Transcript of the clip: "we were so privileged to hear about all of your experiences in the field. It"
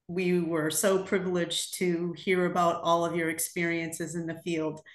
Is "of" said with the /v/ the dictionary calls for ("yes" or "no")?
yes